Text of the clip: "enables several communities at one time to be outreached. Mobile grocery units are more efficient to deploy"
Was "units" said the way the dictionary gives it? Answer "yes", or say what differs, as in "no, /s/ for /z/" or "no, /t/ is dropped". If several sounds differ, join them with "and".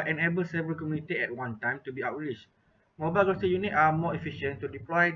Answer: no, /s/ is dropped